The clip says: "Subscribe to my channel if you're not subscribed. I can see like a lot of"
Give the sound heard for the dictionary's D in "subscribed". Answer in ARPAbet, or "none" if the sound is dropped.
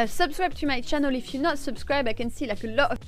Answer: none